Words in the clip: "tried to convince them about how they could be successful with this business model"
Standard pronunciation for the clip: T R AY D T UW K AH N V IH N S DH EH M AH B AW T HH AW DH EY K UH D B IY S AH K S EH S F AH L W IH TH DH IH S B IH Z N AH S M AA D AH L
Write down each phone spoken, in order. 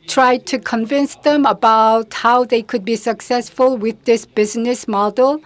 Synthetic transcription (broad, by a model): T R AY D T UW K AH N V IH N S DH EH M AH B AW T HH AW DH EY K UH D B IY S AH K S EH S F AH L W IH DH IH S B IH Z N AH S M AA D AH L